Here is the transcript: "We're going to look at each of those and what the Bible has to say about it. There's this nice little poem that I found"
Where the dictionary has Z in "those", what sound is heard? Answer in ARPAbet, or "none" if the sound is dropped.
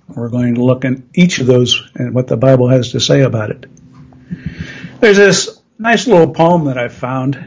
Z